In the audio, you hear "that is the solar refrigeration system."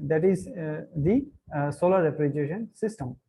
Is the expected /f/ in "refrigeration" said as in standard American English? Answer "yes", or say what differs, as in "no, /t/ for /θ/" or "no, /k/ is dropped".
no, /p/ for /f/